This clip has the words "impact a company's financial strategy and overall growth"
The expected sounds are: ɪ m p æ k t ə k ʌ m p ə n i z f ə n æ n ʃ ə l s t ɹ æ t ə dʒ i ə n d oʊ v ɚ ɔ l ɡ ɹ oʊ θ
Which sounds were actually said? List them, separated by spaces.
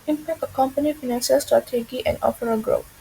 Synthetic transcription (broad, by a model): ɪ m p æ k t ə k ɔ m p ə n i f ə n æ n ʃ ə l s t ɹ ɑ t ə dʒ i ə n d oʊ p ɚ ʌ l ɡ ɹ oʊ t